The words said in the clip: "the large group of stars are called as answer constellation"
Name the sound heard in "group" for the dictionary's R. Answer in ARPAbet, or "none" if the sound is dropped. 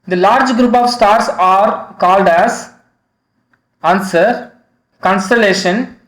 R